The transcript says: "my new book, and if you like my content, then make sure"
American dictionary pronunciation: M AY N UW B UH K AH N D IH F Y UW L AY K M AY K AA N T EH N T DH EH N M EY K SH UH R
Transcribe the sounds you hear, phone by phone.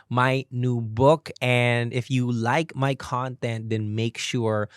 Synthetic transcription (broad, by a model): M AY N UW B UH K AH N D IH F Y UW L AY K M AY K AA N T EH N T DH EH N M EY K SH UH R